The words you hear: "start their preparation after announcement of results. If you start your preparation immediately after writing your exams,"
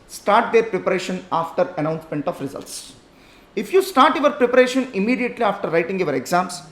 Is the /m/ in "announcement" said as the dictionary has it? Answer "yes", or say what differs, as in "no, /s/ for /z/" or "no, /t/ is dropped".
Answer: yes